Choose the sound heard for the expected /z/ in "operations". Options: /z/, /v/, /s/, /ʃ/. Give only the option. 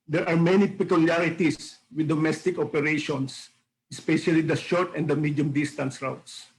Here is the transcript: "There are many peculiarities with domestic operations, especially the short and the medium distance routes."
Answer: /s/